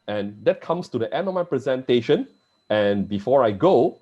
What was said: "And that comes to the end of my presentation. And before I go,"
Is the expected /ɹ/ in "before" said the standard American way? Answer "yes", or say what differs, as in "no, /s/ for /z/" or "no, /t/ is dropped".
yes